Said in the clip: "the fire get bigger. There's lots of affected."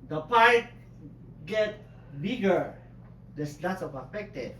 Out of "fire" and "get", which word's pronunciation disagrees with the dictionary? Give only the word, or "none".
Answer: fire